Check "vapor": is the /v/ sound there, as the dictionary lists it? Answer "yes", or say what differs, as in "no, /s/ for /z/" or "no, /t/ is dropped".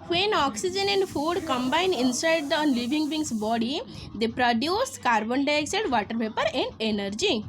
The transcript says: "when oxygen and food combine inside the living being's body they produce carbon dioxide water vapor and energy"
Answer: no, /p/ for /v/